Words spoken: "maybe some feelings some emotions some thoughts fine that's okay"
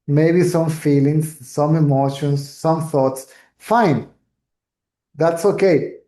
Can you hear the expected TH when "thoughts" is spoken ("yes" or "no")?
yes